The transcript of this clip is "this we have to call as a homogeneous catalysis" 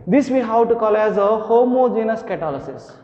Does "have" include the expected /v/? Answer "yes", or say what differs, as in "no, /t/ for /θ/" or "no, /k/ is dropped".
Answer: no, /w/ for /v/